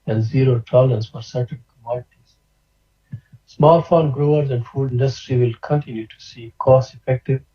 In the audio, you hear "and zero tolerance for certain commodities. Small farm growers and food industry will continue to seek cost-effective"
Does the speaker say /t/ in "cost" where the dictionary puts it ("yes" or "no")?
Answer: no